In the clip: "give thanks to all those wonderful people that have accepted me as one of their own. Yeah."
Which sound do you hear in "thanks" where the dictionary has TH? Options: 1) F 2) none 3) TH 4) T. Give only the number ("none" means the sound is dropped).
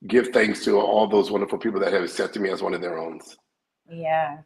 3